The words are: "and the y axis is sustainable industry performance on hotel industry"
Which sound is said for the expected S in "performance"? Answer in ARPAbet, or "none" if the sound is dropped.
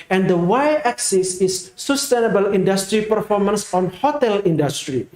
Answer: S